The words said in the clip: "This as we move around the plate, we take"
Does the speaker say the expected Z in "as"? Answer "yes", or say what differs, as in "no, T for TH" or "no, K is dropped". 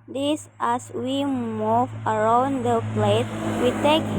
no, S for Z